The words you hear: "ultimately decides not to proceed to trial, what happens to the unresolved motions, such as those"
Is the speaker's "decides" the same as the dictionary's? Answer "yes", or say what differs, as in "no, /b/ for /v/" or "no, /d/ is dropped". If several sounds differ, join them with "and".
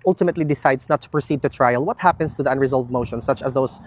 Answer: no, /s/ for /z/